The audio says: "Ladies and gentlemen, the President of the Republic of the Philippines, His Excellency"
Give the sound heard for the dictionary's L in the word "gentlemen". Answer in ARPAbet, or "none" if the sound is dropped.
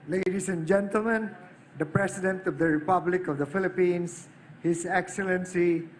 L